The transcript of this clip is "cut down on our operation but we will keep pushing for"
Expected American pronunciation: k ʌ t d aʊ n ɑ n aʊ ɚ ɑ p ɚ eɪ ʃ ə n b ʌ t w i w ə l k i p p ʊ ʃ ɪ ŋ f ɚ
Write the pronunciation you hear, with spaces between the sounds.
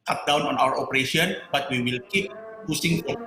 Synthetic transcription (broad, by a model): k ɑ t d aʊ n ɑ n aʊ ɚ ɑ p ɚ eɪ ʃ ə n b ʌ t w i w ə l k i p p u s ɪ ŋ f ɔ